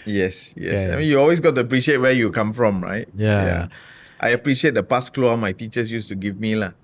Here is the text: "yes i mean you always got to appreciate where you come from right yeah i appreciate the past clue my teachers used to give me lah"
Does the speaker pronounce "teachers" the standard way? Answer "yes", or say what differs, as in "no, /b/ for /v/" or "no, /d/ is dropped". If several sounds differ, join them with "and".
no, /s/ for /z/